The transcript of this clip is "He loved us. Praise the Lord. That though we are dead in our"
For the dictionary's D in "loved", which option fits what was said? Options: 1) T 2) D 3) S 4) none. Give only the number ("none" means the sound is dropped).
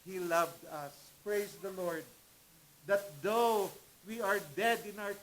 2